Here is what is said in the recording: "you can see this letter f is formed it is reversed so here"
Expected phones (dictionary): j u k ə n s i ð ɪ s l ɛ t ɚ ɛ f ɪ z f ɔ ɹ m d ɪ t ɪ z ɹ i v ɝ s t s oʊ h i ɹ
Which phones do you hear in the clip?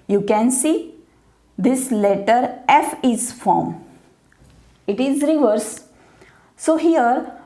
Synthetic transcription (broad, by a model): j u k ə n s i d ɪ s l ɛ t ɚ ɛ f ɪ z f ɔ ɹ m ɪ t ɪ z ɹ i v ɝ t s oʊ h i ɹ